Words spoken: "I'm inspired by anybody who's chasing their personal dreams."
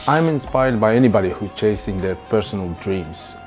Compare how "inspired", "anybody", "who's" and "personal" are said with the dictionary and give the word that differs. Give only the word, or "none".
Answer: who's